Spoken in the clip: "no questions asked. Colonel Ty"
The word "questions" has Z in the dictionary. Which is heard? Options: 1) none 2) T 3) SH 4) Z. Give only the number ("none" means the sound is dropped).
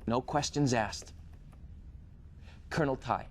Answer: 4